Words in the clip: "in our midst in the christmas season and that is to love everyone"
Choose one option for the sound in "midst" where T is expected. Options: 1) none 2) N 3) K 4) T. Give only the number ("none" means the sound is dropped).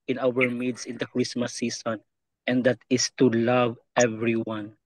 1